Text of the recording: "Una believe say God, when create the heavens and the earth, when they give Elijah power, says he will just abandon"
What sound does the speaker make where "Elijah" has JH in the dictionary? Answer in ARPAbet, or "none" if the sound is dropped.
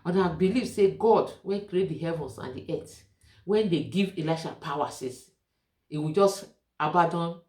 SH